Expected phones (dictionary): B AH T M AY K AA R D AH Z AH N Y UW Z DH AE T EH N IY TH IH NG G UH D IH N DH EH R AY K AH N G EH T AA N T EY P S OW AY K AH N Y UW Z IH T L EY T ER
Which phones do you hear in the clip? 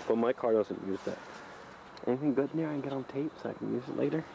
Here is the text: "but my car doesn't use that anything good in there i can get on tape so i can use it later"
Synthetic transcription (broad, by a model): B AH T M AY K AA R D AH Z AH N Y UW Z DH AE T EH N IY TH IH NG G UH D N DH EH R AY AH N G EH T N T EY P S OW AY K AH N Y UW Z IH T L EY T ER